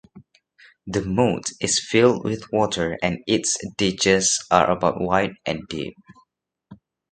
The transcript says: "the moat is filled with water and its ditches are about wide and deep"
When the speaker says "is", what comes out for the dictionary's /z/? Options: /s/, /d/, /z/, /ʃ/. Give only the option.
/s/